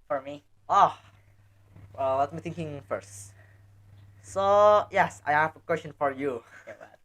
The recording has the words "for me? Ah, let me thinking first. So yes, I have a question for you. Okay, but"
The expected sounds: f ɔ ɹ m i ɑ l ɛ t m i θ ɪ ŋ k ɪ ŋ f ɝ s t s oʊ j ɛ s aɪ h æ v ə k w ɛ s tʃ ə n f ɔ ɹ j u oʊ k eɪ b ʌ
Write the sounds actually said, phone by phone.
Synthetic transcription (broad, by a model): f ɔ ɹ m i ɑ w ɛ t m i t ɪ ŋ k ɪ ŋ f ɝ s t s oʊ j ɛ s aɪ h æ v ə k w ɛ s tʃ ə n f ɔ ɹ j u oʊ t